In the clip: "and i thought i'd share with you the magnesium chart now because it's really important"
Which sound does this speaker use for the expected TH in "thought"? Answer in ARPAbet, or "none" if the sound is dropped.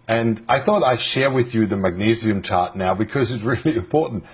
TH